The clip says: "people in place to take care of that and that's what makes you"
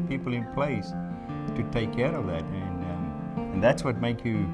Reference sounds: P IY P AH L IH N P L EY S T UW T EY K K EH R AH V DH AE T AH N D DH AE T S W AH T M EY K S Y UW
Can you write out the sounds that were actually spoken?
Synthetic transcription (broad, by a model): P IY P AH L IH N P L EY S T UW T EY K K EH R AH V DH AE T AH N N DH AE T S W AH T M EY K Y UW